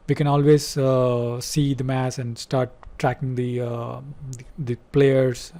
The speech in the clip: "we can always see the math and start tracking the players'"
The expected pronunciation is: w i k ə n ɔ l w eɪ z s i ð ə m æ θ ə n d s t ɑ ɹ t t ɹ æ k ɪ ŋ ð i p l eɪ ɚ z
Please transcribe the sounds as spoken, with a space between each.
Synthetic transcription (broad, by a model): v i k ə n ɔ l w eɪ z s i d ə m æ s ə n d s t ɑ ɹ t t ɹ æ k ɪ ŋ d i p l eɪ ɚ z